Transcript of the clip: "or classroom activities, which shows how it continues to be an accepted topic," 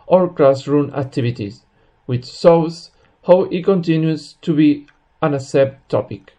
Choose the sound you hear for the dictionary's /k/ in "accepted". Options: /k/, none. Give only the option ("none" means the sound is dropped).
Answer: none